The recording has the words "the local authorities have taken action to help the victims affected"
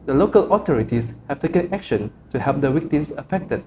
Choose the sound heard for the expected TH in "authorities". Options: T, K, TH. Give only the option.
T